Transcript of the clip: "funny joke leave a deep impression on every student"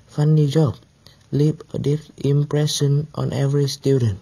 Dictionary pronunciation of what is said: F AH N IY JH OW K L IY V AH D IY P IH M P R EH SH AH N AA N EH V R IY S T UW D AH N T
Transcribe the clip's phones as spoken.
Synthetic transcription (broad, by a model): F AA N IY JH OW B L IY P AH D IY F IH M P R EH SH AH N AA N EH V R IY S T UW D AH N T